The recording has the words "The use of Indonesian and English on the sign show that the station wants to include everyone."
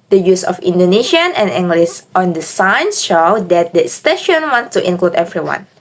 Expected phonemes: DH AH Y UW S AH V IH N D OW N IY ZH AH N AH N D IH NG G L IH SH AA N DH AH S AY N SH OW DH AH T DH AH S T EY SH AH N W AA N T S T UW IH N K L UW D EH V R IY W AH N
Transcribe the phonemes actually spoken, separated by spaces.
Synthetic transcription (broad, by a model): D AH Y UW S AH F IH N D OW N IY SH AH N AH N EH NG G L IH S AA N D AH S AY N SH OW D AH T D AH S T EY SH AH N W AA N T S T UW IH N K L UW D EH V R IY W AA N